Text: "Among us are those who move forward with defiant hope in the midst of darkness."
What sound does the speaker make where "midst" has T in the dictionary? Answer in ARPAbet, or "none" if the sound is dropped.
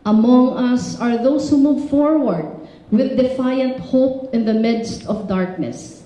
T